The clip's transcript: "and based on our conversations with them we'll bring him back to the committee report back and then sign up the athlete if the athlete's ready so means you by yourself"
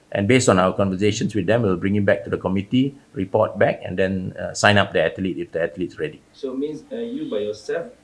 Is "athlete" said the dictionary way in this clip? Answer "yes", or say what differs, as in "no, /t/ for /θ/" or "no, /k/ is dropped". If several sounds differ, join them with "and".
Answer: no, /t/ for /θ/